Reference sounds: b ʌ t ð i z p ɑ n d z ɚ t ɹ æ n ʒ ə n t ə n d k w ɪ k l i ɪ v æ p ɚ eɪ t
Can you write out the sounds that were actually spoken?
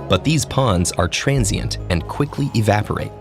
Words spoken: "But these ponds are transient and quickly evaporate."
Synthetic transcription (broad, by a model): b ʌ t ð i z p ɑ n d z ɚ t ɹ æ n z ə n t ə n k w ɪ k l i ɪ v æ p ɚ eɪ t